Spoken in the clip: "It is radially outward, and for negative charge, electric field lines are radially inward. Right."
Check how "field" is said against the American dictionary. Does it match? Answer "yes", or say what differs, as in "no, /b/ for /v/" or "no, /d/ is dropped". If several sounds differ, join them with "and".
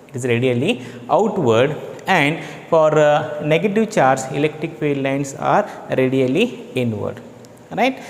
no, /p/ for /f/ and /l/ is dropped